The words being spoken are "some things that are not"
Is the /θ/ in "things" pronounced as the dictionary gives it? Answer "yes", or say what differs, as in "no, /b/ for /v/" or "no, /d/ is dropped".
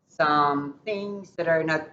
yes